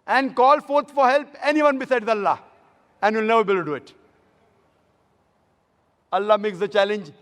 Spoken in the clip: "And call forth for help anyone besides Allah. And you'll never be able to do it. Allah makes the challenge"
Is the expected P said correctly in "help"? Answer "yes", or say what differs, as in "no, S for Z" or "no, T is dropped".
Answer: yes